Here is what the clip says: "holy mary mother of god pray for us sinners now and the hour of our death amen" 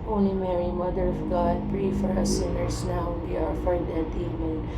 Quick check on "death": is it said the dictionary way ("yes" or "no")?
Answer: no